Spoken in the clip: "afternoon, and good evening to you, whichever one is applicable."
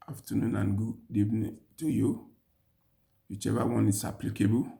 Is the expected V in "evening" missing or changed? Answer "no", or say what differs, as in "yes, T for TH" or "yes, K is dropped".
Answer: yes, B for V